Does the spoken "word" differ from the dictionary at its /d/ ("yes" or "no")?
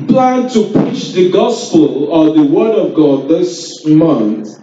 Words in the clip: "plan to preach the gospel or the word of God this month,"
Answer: no